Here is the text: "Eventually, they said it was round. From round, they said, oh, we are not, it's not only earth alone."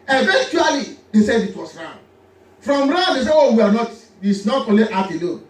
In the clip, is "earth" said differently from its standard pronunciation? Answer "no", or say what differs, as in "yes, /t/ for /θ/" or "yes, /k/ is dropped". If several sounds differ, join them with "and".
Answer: yes, /f/ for /θ/